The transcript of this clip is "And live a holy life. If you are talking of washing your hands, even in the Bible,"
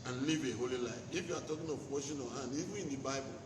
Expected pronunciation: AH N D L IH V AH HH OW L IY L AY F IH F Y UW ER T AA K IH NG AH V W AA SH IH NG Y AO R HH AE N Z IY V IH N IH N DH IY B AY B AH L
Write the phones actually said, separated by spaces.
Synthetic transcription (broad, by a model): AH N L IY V AH HH OW L IY L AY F IH F Y UW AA T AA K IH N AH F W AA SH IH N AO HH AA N IY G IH IH N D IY B AY B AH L